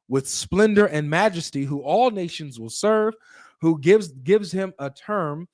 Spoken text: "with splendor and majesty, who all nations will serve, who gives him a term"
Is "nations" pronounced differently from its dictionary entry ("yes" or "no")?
no